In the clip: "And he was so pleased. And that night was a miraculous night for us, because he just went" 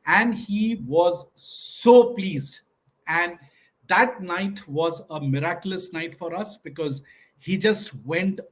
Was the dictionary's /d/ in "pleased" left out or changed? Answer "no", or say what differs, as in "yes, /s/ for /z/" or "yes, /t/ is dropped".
no